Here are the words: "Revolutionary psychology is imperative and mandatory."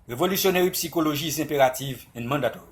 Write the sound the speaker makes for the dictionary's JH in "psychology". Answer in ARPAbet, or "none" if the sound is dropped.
ZH